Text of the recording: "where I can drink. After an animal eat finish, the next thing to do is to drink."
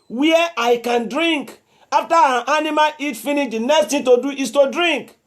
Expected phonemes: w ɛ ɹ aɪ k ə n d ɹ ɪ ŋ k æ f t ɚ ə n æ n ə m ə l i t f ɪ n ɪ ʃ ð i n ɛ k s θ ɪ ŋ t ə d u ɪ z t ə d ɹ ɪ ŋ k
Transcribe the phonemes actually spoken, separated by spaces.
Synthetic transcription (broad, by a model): w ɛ aɪ k ə n d ɹ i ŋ k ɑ f t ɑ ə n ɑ n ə m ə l i t f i n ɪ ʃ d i n ɛ k s t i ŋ t ə d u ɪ s t ə d ɹ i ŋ k